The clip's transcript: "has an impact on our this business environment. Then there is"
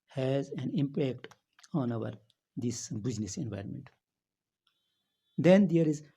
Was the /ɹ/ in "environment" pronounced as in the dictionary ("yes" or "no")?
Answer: yes